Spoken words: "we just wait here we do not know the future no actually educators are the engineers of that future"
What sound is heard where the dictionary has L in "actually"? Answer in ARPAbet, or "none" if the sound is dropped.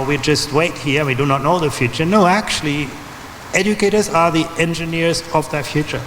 L